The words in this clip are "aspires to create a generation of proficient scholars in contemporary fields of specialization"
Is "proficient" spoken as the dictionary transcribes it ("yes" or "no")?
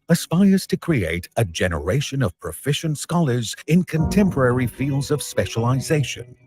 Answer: yes